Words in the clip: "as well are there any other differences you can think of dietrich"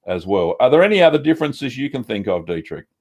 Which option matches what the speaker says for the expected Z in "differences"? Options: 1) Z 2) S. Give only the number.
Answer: 1